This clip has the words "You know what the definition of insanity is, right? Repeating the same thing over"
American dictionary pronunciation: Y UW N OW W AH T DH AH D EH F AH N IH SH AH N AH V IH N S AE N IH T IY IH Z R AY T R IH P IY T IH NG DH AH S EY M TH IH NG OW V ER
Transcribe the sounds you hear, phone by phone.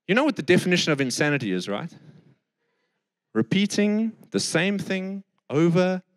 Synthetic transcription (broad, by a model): Y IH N OW W AH T DH AH D EH F AH N IH SH AH N AH V IH N S AE N IH T IY IH Z R AY T R IH P IY T IH NG DH AH S EY M TH IH NG OW V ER